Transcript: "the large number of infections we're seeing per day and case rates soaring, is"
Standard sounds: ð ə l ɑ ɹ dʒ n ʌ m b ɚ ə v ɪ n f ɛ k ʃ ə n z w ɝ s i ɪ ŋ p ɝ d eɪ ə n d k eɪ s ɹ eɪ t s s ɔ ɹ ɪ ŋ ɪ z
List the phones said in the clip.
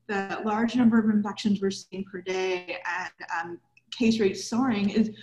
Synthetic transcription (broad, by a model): ð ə l ɑ ɹ dʒ n ʌ m b ɚ ə v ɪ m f ɛ k ʃ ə n z w ɝ s i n p ɝ d eɪ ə n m k eɪ s ɹ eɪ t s s ɔ ɹ ɪ ŋ ɪ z